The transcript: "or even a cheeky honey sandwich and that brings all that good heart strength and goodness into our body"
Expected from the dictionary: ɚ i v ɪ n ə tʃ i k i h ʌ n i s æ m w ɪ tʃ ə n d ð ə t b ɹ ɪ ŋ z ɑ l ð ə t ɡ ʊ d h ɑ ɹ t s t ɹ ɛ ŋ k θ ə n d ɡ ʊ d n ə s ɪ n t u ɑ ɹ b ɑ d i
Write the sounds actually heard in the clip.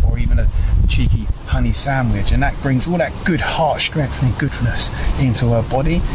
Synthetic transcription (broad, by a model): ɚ i v ɪ n ə tʃ i k i h ʌ n i s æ m w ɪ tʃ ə n ð ə t b ɹ ɪ ŋ z ɑ l ð ə t ɡ ʊ d h ɑ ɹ t s t ɹ ɛ ŋ k θ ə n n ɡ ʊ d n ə s ɪ n t u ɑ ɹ b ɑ d i